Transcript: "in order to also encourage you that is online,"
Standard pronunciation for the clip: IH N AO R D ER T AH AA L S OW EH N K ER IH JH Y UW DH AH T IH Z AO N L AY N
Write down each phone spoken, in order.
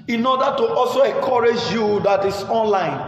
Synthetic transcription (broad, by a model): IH N AO D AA T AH AA L S OW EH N K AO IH JH Y UW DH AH T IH S AO N L AY N